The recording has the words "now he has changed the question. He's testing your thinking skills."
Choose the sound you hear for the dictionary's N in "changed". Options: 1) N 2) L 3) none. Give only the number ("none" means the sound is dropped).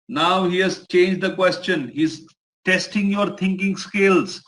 1